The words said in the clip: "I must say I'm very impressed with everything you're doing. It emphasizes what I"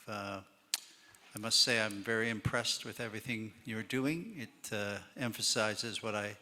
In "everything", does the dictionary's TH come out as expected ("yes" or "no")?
yes